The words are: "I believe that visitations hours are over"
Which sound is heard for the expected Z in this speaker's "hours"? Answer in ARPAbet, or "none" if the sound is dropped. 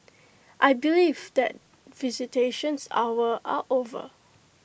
none